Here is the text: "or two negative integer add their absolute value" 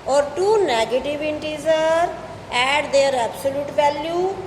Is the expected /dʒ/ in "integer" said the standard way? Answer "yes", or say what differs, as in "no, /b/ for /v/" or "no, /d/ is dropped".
no, /z/ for /dʒ/